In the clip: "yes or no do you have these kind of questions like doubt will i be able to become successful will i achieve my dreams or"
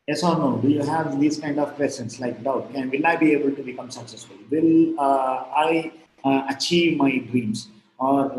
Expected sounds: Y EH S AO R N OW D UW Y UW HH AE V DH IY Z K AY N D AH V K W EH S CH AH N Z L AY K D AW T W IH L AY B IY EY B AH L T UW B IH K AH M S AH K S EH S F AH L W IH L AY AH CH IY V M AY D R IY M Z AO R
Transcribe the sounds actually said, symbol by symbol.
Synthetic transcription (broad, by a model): Y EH S AO R N OW D UW Y UW HH AE V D IY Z K AY N D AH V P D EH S AH N S L AY K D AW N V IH L AY B IY EY B AH L T UW B IH K AH M S AH K S EH S F AH L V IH L AY AH CH IY V M AY D R IY M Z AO R